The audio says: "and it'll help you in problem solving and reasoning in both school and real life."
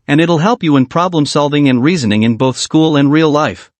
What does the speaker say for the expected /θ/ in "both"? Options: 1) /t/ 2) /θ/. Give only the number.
2